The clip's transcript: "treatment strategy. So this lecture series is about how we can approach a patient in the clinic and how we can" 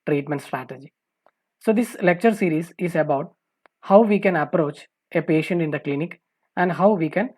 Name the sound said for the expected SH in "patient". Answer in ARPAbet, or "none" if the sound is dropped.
SH